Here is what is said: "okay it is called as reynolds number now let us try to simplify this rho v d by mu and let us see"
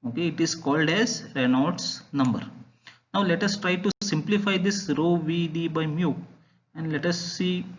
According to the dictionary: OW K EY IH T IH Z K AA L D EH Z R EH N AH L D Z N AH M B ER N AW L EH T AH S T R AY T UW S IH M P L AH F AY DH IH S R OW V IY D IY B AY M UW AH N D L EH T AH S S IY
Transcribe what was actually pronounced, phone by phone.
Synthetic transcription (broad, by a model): OW K EY IH T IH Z K AA L D EH Z R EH N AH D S N AH M B ER N AW L EH T AH S T R AY T UW S IH M P L AH F AY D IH S R OW V IY D IY B AY M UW AH N D L EH T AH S S IY